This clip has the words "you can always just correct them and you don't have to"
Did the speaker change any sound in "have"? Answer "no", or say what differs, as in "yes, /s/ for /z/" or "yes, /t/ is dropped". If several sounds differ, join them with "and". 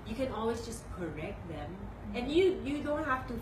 yes, /f/ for /v/